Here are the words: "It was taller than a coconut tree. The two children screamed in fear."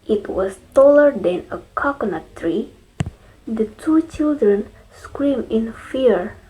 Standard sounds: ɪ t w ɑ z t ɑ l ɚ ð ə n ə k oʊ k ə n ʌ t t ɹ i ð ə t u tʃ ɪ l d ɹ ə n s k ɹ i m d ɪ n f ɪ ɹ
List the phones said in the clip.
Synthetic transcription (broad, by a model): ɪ t w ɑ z t ɑ l ɚ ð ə n ə k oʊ k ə n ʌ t t ɹ i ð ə t u tʃ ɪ l d ɹ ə n s k ɹ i m ɪ n f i ɹ